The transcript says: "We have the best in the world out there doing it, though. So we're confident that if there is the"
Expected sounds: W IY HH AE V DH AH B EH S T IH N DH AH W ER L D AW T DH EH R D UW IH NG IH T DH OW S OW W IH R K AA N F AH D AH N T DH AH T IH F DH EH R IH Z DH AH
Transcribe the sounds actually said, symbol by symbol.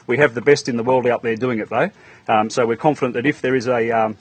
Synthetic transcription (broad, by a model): W IY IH V DH AH B EH S T IH N DH AH W ER L D AW T DH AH R D UW IH NG IH T DH OW S OW W IH R K AA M F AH D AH N DH AH T IH F DH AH R IH Z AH